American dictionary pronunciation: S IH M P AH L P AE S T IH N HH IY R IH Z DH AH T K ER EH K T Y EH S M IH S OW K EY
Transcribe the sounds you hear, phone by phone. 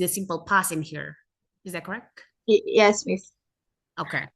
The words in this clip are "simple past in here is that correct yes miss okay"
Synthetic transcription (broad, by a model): S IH M P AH L P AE S IH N HH IY R IH Z DH AH T K ER EH K T Y EH S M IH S OW K EY